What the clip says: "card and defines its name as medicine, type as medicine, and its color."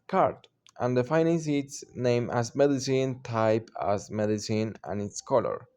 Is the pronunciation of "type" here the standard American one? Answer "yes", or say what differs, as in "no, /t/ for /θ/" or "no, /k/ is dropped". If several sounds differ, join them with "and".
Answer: yes